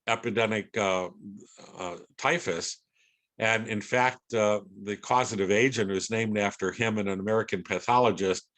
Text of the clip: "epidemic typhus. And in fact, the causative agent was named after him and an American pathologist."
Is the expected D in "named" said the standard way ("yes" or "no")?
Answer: yes